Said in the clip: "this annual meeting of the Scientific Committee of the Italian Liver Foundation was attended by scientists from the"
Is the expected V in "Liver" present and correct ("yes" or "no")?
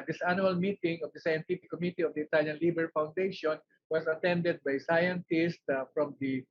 no